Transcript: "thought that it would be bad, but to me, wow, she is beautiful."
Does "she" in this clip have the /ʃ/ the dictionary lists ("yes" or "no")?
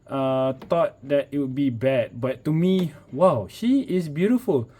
yes